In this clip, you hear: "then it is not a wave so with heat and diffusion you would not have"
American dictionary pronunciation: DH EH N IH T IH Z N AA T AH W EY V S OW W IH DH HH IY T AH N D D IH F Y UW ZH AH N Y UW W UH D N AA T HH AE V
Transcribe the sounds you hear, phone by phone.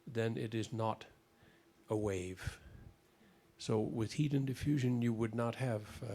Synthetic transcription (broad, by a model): DH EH N IH T IH Z N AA T AH W EY V S OW W IH DH HH IY T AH N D D IH F Y UW ZH AH N Y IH W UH D N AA T HH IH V